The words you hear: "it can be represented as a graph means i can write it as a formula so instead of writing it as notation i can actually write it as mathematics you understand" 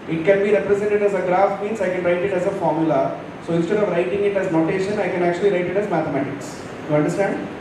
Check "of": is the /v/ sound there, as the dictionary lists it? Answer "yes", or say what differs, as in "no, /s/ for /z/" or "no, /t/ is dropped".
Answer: yes